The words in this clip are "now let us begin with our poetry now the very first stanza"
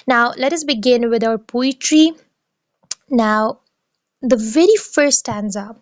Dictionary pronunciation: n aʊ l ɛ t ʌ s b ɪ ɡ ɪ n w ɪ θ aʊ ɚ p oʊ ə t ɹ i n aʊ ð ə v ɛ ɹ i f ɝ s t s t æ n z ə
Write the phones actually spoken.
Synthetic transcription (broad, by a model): n aʊ l ɛ t ʌ s b ɪ ɡ ɪ n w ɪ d aʊ ɚ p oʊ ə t ɹ i n aʊ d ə v ɛ ɹ i f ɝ t s t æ n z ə